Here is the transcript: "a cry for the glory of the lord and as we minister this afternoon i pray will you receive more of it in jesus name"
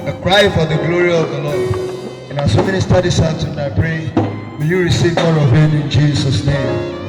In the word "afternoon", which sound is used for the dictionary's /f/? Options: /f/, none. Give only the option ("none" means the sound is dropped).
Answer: none